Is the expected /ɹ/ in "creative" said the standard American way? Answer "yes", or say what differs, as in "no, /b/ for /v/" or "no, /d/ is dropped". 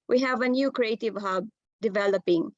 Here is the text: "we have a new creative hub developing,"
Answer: yes